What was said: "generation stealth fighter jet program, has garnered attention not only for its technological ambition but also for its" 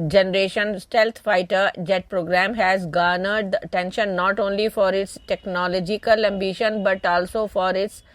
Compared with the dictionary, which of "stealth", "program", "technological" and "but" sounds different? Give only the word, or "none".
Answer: stealth